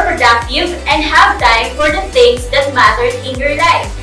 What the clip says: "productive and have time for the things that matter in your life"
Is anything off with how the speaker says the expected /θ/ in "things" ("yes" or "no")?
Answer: yes